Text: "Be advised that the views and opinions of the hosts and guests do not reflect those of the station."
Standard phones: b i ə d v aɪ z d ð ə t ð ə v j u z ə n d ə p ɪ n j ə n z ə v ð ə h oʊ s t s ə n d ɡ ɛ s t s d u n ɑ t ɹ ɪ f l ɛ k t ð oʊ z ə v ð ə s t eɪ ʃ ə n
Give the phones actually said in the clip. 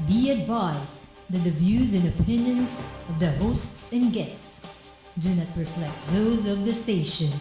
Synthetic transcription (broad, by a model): b i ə d v aɪ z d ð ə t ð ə v j u z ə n ə p ɪ n j ə n z ə v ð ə h oʊ s t s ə n ɡ ɛ s t s d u n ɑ t ɹ ɪ f l ɛ k t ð oʊ z ə v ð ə s t eɪ ʃ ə n